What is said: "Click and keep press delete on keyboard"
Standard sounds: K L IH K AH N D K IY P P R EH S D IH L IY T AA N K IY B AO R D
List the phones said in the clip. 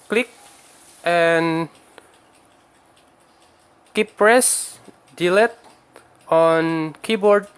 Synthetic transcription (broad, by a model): K L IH K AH N K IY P P R EH S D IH L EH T AA N K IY B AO R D